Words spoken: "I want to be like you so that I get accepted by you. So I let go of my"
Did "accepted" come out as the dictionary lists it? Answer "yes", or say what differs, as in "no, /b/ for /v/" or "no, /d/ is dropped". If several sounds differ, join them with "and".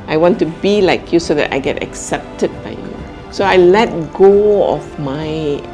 yes